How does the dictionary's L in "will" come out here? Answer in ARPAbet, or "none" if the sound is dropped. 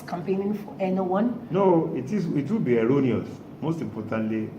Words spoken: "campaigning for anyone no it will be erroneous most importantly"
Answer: W